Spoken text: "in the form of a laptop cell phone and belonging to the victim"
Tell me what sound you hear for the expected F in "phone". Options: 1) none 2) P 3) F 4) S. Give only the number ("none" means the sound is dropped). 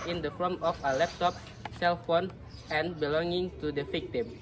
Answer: 3